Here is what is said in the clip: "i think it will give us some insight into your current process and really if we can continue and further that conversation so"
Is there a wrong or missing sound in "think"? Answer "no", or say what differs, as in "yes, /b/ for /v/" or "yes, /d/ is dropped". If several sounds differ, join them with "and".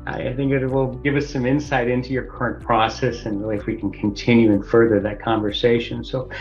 no